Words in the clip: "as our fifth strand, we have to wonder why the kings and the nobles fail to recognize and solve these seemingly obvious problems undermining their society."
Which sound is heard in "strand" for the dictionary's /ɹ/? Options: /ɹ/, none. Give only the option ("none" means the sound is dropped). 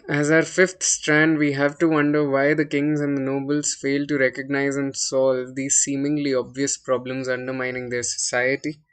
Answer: /ɹ/